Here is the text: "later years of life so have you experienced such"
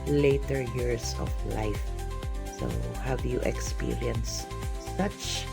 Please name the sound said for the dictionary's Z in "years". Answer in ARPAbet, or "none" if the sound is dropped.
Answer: S